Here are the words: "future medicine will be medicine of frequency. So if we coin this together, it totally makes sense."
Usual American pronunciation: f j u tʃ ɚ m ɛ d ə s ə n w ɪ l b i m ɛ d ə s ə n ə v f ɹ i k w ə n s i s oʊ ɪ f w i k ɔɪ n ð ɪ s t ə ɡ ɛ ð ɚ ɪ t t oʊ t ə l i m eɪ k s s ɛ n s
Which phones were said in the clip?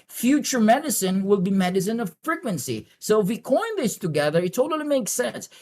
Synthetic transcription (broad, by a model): f j u tʃ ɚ m ɛ d ə s ə n w ɪ l b i m ɛ d ə s ə n ə v f ɹ i k w ə n s i s oʊ ɪ f w i k ɔɪ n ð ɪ s t ə ɡ ɛ ð ɚ ɪ t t oʊ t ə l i m eɪ k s s ɛ n s